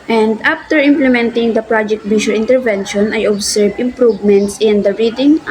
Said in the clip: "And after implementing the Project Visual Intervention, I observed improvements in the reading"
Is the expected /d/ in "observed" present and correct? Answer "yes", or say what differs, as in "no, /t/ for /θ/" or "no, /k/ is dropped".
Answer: no, /d/ is dropped